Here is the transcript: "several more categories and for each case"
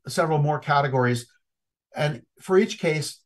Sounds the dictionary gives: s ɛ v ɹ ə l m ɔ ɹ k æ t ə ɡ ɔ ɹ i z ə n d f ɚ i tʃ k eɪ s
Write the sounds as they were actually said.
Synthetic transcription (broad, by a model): s ɛ v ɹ l m ɔ ɹ k æ t ə ɡ ɔ ɹ i z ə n f ɚ i tʃ k eɪ s